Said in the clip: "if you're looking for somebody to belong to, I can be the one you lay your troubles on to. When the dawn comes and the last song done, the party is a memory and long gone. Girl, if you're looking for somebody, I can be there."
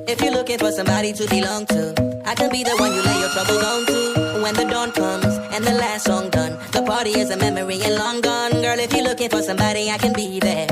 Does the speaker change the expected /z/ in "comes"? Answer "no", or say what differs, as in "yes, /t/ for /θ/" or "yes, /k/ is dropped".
no